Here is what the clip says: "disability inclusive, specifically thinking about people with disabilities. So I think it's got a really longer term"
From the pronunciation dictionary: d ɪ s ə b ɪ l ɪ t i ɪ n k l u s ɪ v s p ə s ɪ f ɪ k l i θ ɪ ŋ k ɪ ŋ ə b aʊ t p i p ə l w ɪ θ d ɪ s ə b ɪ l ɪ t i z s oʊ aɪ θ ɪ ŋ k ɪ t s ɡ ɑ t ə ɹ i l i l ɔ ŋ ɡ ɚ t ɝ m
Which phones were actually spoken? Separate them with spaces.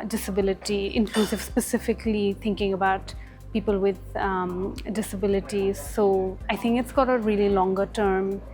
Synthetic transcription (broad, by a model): d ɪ s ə b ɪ l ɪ t i ɪ n k l u s ɪ v s p ə s ɪ f ɪ k l i t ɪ ŋ k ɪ ŋ ə b aʊ t p i p ə l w ɪ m d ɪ s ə b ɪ l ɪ t i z s oʊ aɪ t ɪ ŋ k ɪ t s ɡ ɑ t ə ɹ i l i l ɔ ŋ ɡ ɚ t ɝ m